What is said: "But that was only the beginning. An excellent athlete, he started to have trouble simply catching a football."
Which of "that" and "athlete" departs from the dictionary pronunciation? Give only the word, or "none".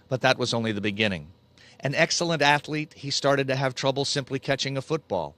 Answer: none